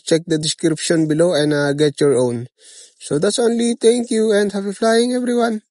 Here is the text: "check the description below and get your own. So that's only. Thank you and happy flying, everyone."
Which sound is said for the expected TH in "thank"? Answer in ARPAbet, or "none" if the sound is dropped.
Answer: T